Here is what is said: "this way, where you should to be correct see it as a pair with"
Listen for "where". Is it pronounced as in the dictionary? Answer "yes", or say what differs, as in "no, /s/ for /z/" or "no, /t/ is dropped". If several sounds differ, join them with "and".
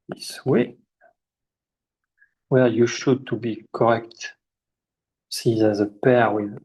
no, /l/ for /ɹ/